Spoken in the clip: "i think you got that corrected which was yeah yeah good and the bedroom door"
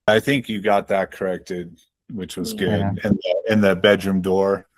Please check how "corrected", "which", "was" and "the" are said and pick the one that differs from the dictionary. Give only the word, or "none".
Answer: none